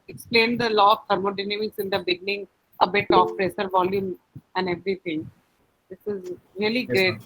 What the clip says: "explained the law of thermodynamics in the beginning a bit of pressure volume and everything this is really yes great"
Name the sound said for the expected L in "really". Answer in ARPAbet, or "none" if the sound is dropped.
none